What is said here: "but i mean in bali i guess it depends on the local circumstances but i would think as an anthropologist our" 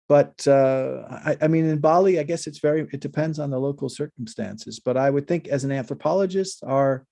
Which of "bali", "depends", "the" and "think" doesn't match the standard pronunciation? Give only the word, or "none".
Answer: none